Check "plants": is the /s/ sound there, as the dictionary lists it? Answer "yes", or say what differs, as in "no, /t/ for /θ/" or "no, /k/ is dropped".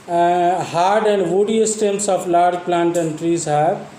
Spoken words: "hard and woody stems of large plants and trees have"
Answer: no, /s/ is dropped